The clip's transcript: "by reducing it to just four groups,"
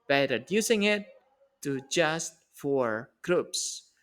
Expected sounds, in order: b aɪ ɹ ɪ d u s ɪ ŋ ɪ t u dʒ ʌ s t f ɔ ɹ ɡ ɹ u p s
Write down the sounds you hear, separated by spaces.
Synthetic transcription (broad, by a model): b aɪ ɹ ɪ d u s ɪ ŋ ɪ t u dʒ ʌ s t f ɔ ɹ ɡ ɹ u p s